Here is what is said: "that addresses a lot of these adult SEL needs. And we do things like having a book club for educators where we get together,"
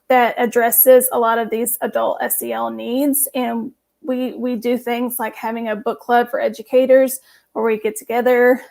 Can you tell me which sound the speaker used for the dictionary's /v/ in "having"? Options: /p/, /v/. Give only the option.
/v/